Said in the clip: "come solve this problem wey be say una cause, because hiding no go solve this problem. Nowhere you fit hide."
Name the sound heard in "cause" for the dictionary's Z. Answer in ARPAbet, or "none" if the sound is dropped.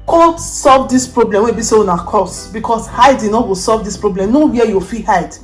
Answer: S